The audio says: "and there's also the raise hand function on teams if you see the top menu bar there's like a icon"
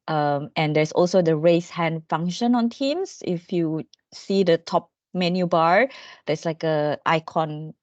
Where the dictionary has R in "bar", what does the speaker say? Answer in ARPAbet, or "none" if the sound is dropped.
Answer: R